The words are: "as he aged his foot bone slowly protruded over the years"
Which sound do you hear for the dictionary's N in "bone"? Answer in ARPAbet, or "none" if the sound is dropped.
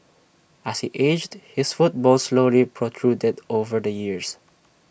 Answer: L